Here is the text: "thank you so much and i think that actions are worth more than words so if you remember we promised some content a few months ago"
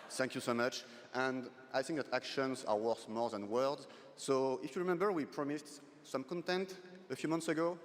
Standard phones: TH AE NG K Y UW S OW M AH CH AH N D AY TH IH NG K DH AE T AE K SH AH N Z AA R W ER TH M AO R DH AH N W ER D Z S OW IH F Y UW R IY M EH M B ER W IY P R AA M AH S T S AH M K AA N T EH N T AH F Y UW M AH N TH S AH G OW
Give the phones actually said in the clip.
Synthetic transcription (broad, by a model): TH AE NG K Y UW S OW M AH CH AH N D AY TH IH NG K DH AE T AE K SH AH N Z AA R W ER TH M AO R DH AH N W ER D Z S OW IH F Y UW R IY M EH M B ER W IY P R AA M AH S T S AH M K AA N T EH N T AH F Y UW M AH N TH S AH G OW